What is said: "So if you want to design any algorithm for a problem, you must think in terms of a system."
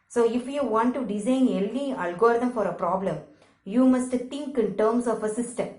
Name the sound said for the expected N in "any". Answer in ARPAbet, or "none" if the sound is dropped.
L